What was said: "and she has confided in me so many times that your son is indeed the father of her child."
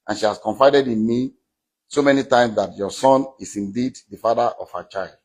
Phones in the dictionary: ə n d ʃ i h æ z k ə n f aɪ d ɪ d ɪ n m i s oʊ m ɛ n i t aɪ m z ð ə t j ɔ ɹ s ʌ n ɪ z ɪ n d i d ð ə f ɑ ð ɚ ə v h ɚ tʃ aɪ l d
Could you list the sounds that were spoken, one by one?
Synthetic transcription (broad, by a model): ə n ʃ i h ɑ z k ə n f aɪ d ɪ d ɪ n m i s oʊ m ɛ n i t aɪ m s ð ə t j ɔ s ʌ n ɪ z ɪ n d i d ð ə f ɑ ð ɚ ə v h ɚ tʃ aɪ l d